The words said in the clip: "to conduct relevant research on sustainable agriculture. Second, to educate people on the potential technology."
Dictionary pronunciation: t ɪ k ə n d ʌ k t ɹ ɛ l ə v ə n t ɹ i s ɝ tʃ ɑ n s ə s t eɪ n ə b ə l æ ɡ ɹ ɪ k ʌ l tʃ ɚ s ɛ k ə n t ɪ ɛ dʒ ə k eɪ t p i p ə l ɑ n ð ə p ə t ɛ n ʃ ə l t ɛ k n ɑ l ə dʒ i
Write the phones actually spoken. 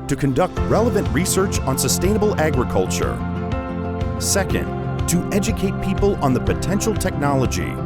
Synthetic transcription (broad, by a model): t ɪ k ə n d ʌ k t ɹ ɛ l ə v ə n t ɹ i s ɝ tʃ n s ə s t eɪ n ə b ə l æ ɡ ɹ ɪ k ʌ l tʃ ɚ s ɛ k ə n t ɪ ɛ dʒ ə k eɪ t p i p ə l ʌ n ð ə p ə t ɛ n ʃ l t ɛ k n ɑ l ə dʒ i